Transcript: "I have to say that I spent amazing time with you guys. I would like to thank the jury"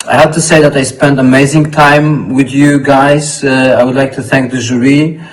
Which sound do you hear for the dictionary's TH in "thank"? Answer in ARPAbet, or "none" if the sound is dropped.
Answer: TH